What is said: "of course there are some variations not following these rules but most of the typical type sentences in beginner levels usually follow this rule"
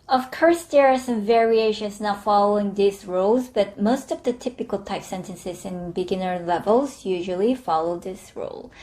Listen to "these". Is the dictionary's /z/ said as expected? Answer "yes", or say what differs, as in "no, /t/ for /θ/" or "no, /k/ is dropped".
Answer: no, /s/ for /z/